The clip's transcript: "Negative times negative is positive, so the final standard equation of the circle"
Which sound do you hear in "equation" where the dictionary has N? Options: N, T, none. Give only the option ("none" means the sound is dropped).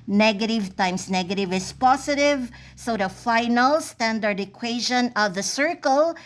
N